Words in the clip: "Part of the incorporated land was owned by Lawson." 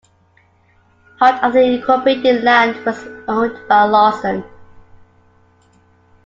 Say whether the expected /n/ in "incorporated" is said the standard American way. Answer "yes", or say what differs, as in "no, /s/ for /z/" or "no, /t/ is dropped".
no, /n/ is dropped